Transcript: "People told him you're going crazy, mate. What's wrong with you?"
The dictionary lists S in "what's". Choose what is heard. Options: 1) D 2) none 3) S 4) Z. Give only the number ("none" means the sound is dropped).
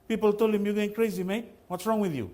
3